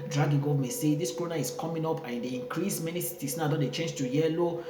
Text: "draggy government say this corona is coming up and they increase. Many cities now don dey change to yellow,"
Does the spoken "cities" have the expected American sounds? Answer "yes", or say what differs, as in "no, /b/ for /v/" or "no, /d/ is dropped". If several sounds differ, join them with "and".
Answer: no, /s/ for /z/